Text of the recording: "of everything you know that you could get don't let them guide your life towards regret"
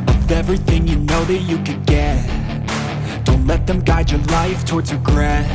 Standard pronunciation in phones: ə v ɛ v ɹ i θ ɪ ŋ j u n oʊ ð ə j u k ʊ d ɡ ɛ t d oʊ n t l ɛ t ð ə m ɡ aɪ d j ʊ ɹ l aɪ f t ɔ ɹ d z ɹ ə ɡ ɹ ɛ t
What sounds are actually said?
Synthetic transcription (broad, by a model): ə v ɛ v ɹ i θ ɪ ŋ j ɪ n oʊ ð ə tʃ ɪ k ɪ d ɡ ɛ t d oʊ n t l ɛ t ð ə m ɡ aɪ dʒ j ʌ ɹ l aɪ f t ɔ ɹ d z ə ɡ ɹ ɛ